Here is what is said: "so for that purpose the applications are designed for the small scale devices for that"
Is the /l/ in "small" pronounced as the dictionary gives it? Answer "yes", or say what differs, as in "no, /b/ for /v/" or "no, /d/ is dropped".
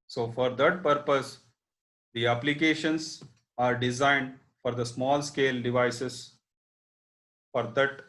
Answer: yes